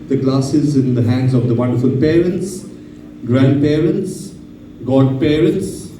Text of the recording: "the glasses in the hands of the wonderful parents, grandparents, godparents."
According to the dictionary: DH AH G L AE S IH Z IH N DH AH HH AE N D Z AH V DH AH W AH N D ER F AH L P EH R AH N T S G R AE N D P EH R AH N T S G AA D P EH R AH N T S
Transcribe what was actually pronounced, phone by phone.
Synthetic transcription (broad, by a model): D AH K L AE S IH Z IH N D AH HH AE N D Z AH V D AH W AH N D ER F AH L P EH R AH N T S G R AE N D P EH R AH N T S G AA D P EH R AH N T S